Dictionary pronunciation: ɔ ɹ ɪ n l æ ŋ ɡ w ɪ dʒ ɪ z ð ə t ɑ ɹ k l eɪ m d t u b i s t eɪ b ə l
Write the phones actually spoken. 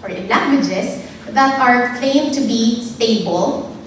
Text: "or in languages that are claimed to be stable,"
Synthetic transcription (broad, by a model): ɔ ɹ ɪ n l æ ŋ ɡ w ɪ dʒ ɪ s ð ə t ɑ ɹ k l eɪ m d t u b i s t eɪ b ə l